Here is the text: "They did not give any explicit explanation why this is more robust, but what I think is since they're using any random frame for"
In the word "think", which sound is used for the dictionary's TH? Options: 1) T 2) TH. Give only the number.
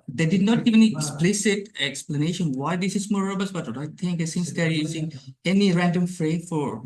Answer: 1